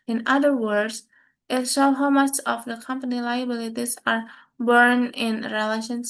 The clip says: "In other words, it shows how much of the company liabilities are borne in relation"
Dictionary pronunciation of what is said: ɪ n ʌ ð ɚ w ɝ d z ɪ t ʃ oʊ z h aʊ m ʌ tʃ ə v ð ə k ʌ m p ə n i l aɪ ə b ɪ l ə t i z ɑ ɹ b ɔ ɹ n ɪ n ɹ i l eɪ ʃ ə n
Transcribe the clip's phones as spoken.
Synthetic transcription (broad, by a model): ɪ n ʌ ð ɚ w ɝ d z ɪ t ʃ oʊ h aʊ m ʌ s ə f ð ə k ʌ m p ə n i l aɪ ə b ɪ l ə t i s ɑ ɹ b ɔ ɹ n ɪ n ɹ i l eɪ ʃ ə n